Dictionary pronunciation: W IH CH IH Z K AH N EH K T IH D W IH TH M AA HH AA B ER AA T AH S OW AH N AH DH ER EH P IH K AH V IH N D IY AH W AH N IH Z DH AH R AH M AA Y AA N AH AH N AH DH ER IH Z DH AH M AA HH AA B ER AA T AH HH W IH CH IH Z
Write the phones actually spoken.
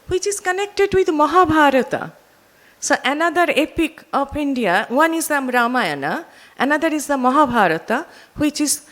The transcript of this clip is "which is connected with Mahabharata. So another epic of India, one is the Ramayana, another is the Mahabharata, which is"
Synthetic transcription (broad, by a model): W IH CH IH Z K AH N EH K T IH D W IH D M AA HH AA B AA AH T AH S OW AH N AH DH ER EH P IH K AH P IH N D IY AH W AH N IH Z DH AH R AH M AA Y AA N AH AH N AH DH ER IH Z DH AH M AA HH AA B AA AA T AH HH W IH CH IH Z